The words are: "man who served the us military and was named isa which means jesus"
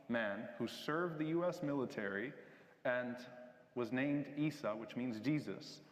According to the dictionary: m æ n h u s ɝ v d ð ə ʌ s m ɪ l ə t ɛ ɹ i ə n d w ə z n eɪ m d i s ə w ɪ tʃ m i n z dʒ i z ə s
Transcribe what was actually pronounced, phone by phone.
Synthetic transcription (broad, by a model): m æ n h u s ɝ v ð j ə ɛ s m ɪ l ə t ɛ ɹ i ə n w ə z n eɪ m d i s ə w ɪ tʃ m i n z dʒ i z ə s